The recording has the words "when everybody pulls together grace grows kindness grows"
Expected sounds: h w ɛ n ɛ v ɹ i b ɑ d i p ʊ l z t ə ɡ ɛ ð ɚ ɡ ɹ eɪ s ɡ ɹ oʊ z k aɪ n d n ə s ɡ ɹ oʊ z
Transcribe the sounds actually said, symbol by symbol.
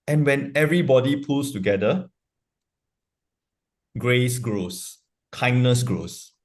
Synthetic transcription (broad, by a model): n w ɛ n ɛ v ɹ i b ɑ d i p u l s t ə ɡ ɛ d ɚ ɡ ɹ eɪ s ɡ ɹ oʊ s k aɪ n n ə s ɡ ɹ oʊ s